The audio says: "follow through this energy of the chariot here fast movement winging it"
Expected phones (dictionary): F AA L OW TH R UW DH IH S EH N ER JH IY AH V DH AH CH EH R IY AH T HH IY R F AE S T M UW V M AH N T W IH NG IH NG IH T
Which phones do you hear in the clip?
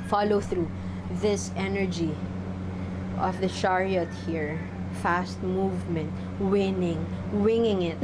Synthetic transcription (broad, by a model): F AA L OW TH R UW DH IH S EH N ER JH IY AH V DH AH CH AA R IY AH T HH IY R F AE S T M UW V M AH N T W IH NG IH NG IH T